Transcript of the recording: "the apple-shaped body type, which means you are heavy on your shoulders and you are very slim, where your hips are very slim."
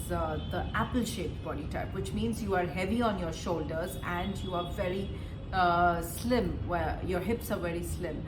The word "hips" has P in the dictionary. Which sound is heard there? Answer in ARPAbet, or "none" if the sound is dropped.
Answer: P